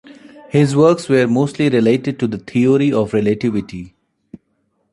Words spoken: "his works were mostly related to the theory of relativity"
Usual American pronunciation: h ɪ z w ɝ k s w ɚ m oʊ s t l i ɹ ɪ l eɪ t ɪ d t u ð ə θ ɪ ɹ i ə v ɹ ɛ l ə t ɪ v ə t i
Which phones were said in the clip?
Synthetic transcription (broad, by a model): h ɪ z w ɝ k s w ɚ m oʊ s t l i ɹ ɪ l eɪ t ɪ d t u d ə t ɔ ɹ i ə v ɹ ɛ l ə t ɪ v ə t i